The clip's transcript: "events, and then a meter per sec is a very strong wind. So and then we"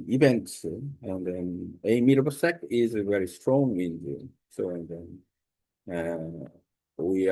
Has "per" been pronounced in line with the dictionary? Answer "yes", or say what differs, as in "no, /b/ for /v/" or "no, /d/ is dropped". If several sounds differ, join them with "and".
no, /b/ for /p/